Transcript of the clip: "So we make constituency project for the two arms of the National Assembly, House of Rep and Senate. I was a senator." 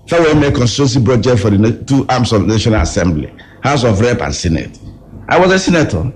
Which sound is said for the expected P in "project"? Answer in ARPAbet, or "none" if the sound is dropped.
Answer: B